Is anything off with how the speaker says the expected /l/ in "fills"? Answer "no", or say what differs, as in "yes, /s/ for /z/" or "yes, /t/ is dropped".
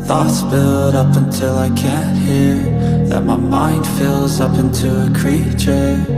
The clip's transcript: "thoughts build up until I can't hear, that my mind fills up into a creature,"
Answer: no